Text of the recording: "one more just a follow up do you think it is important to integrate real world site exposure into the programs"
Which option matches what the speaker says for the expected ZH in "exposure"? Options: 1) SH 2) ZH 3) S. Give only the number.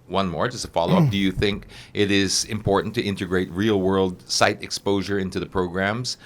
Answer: 2